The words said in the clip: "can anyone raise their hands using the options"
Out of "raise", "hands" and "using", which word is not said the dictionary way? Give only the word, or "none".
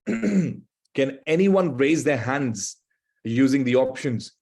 none